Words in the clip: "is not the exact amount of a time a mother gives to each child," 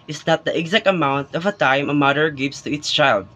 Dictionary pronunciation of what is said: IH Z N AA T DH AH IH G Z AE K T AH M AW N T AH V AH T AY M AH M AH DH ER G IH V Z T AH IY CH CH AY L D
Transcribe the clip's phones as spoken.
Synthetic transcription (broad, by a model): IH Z N AA T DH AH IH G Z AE K T AH M AW N T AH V AH T AY M AH M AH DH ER G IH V S T AH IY S CH AY L D